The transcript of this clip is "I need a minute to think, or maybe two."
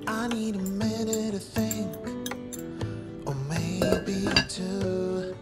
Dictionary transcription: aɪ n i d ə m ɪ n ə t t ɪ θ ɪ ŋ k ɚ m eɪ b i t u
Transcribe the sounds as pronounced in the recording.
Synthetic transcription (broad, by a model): aɪ n i d ə m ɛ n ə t t ɪ θ ɪ ŋ k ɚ m eɪ b i t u